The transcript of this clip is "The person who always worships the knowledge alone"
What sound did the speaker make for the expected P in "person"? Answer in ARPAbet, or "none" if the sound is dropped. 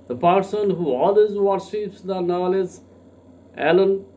P